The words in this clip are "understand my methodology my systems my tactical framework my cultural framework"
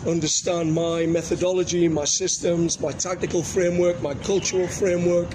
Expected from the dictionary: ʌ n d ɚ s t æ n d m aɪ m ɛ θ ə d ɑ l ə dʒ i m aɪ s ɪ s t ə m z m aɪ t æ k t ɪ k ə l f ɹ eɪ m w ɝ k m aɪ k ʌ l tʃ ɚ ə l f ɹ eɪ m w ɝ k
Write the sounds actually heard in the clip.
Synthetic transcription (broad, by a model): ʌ n d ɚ s t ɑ n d m aɪ m ɛ θ ə d ɑ l ə dʒ i m aɪ s ɪ s t ə m z m aɪ t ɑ k t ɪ k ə l f ɹ eɪ m w ɝ k m aɪ k ʌ l tʃ ɚ ə l f ɹ eɪ m w ɝ k